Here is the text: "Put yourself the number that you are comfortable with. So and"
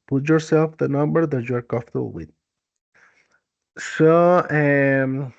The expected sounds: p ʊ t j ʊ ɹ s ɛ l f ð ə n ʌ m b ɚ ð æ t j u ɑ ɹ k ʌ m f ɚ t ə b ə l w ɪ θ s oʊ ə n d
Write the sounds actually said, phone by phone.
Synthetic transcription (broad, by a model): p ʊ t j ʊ ɹ s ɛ l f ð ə n ʌ m b ɚ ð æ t j u ɑ ɹ k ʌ f t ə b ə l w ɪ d s oʊ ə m